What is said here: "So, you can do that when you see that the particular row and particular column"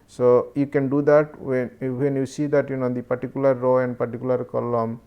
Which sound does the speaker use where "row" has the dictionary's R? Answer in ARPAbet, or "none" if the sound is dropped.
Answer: R